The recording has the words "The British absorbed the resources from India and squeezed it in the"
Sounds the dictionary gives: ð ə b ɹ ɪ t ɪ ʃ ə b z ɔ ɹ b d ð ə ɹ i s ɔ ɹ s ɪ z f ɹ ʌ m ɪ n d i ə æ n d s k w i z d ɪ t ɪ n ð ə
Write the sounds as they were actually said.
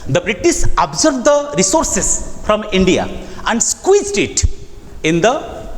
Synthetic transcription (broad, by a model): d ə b ɹ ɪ t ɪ s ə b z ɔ ɹ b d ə ɹ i s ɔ ɹ s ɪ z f ɹ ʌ m ɪ n d i ə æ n d s k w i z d ɪ t ɪ n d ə